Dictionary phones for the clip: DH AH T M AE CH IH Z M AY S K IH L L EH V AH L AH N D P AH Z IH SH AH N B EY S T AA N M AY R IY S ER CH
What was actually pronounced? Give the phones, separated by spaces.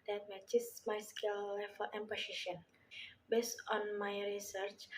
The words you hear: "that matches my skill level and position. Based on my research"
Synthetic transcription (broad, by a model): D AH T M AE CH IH S M AY S K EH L L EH F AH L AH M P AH S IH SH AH N B EY S T AA N M AY R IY S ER CH